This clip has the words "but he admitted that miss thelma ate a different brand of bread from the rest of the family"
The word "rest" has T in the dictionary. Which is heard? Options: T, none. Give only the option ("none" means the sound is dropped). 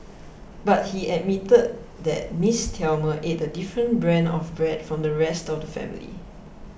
T